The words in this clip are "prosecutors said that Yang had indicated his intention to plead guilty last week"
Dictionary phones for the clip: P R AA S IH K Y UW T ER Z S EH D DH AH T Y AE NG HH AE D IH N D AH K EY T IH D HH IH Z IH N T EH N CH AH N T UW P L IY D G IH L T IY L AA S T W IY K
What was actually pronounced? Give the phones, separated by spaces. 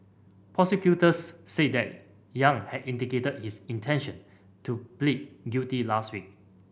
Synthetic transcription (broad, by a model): P R AA S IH K Y UW T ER S EH D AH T Y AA NG HH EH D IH N D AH K EY T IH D HH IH S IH N T EH N SH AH N T UW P L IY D G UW T IY L AA S T W IY K